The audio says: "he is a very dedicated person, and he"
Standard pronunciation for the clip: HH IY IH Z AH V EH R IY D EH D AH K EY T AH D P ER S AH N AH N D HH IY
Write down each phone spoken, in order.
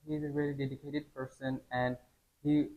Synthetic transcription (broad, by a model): HH IY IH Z AH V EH L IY D EH D AH K EY T AH D P ER S AH N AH N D HH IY